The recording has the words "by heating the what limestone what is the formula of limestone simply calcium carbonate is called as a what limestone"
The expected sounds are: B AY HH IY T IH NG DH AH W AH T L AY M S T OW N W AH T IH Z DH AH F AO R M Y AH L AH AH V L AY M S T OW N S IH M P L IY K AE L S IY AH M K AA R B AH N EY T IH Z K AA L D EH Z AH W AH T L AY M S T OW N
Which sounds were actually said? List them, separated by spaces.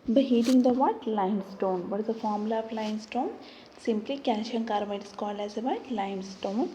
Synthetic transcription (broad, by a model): B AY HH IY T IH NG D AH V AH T L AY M S T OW N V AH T IH Z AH F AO R M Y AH L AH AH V L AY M S T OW N S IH M P L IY K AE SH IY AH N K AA R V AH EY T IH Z K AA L EH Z AH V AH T L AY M S T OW N